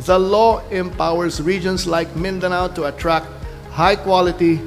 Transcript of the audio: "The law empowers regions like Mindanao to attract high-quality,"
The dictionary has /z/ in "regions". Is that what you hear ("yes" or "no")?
no